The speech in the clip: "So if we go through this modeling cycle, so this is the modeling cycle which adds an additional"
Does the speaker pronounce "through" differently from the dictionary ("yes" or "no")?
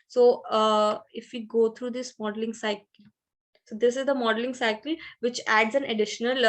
yes